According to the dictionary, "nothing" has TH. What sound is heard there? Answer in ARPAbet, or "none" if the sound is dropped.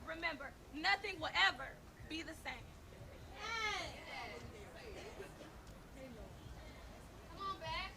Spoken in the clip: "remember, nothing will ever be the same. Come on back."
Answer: TH